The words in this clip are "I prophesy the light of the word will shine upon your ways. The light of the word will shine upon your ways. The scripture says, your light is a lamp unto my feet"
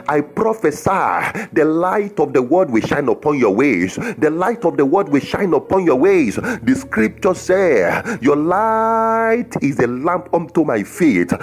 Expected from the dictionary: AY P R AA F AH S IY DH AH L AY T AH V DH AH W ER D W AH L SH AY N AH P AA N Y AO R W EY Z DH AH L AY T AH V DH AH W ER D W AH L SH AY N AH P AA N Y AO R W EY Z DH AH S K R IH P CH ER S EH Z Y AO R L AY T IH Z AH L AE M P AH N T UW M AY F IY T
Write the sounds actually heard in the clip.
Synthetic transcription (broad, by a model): AY P R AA F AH S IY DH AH L AY T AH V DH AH W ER D W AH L SH AY N AH P AA N Y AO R W EY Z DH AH L AY T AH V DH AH W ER D W AH L SH AY N AH P AA N Y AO W EY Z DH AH S K R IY P CH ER S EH Y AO L AY T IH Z AH L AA M P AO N T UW M AY F IY T